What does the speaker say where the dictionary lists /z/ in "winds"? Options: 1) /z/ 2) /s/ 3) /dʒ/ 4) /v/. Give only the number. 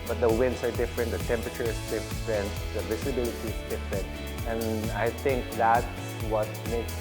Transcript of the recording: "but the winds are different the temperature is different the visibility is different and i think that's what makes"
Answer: 2